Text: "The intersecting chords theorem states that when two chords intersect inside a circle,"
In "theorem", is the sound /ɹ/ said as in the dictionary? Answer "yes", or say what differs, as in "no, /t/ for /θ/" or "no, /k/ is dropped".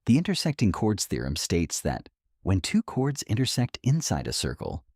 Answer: yes